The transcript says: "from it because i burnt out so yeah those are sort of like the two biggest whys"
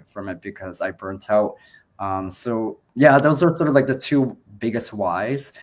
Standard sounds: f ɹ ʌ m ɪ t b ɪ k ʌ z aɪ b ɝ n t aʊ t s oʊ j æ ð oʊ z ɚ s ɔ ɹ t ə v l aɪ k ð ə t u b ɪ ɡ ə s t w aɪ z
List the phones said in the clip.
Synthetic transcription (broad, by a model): f ɹ ʌ m ɪ t b ɪ k ʌ z aɪ b ɝ n t aʊ t s oʊ j æ ð oʊ z ɚ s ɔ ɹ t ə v l aɪ k ð ə t u b ɪ ɡ ə s t w aɪ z